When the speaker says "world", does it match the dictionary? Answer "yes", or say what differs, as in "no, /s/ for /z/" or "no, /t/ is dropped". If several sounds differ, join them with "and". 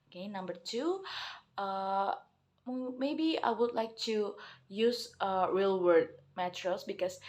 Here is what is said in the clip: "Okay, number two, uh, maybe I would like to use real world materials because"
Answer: no, /l/ is dropped